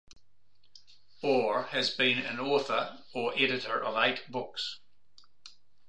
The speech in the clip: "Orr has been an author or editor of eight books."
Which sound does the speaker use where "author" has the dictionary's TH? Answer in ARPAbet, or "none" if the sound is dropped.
TH